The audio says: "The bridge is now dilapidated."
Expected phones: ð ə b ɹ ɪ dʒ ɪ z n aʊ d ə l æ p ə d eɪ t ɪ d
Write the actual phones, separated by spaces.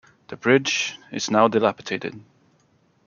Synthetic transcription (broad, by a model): ð ə b ɹ ɪ dʒ ɪ z n aʊ d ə l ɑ p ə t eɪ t ɪ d